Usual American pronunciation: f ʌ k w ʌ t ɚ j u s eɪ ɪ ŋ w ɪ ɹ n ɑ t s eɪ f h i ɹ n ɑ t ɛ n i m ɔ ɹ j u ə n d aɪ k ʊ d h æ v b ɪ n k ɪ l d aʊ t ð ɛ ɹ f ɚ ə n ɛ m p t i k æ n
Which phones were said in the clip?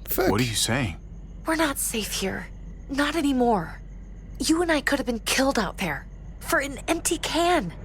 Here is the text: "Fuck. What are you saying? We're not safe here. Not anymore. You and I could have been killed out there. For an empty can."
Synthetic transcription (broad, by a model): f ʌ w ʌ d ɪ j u s eɪ ɪ ŋ w ɪ ɹ n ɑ t s eɪ f h i ɹ n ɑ t ɛ n i m ɔ ɹ j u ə n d aɪ k ʊ d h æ v b ɪ n k ɪ l d aʊ t ð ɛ ɹ f ɚ ə n ɛ m p t i k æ n